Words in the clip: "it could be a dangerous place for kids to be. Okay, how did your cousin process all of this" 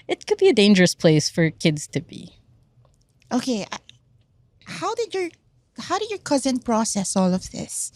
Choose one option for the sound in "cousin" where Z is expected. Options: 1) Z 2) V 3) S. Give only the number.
1